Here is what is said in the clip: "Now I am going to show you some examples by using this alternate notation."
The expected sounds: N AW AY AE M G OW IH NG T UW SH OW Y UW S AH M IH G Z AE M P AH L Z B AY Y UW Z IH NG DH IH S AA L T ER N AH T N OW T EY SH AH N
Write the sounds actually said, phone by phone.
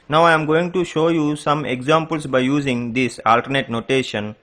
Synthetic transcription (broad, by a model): N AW AY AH M G OW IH NG T UW SH OW Y UW S AH M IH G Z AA M P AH L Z B AY Y UW Z IH NG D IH S AA L T ER N AH T N OW T EY SH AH N